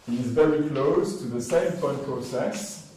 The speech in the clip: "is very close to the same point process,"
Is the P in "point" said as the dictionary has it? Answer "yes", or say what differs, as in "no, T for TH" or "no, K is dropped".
no, F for P